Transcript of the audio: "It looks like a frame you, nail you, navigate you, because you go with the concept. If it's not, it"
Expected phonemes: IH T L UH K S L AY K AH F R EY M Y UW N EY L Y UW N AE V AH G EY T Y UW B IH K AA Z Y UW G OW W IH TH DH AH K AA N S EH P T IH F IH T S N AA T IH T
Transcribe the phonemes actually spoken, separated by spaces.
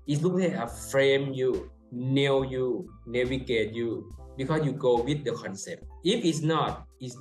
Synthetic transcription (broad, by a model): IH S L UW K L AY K AH F R EY M Y UW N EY W Y UW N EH W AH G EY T Y UW B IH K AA S Y UW G OW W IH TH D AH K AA N S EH P T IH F IH T S N AA T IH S